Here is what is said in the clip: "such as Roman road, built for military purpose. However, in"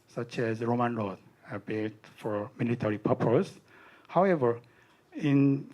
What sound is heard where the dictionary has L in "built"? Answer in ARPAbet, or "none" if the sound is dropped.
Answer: none